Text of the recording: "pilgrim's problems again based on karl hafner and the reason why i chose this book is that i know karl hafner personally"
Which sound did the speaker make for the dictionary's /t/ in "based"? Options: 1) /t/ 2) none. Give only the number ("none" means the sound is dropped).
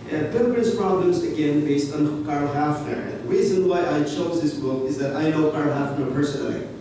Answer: 1